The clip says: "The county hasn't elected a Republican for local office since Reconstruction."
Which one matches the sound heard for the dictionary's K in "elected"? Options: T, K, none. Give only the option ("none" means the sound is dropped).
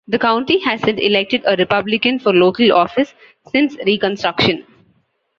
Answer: K